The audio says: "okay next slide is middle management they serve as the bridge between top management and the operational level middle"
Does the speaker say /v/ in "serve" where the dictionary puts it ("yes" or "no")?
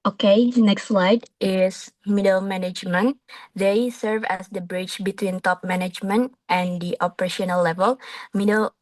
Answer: yes